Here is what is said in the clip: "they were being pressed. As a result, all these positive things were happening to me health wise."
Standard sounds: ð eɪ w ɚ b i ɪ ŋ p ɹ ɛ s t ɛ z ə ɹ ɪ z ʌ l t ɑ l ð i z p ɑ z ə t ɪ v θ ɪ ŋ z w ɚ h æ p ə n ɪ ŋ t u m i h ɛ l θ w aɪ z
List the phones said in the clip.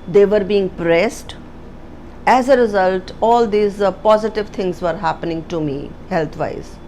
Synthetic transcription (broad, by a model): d eɪ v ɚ b i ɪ ŋ p ɹ ɛ s t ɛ z ə ɹ ɪ z ʌ l t ɑ l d i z p ɑ z ə t ɪ v t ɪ ŋ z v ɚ h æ p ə n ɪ ŋ t u m i h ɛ l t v aɪ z